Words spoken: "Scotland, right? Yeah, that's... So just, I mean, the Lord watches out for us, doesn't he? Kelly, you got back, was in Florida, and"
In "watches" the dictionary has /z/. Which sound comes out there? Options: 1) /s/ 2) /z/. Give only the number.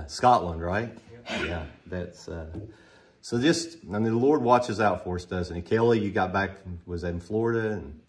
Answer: 2